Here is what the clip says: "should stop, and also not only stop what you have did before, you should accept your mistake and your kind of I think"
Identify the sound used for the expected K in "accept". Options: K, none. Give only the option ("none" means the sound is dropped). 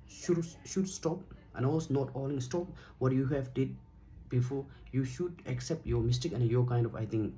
K